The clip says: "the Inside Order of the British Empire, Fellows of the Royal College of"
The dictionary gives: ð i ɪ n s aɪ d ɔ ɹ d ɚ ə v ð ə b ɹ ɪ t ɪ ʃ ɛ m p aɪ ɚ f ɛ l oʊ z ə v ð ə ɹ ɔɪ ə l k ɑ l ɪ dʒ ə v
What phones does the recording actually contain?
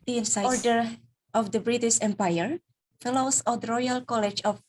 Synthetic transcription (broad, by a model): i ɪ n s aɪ ɔ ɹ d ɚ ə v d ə b ɹ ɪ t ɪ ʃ ɛ m p aɪ ɚ f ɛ l oʊ s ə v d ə ɹ ɔɪ ə l k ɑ l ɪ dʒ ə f